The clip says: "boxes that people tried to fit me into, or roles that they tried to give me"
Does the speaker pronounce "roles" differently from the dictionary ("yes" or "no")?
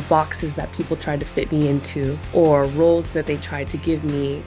no